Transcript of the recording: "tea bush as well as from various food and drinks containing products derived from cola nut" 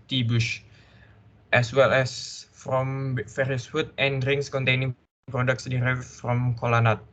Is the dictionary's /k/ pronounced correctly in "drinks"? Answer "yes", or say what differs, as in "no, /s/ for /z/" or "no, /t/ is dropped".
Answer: no, /k/ is dropped